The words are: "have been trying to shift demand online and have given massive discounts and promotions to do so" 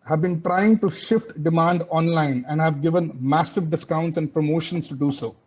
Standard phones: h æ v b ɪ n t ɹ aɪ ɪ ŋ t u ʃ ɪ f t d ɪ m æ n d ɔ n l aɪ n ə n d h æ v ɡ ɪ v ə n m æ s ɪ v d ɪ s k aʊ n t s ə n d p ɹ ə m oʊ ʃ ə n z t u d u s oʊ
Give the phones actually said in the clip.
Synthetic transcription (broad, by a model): h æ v b ɪ n t ɹ aɪ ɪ ŋ t u ʃ ɪ f t d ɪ m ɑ n d ɔ n l aɪ n ə n d h æ v ɡ ɪ v ə n m æ s ɪ v d ɪ s k aʊ n t s ə n d p ɹ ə m oʊ ʃ ə n s t u d u s oʊ